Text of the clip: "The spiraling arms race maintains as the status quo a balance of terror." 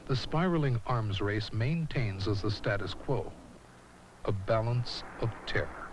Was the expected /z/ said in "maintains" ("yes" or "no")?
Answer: yes